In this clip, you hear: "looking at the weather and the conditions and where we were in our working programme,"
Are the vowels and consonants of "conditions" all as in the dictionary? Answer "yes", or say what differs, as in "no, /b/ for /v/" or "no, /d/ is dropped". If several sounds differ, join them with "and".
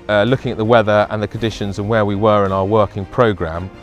yes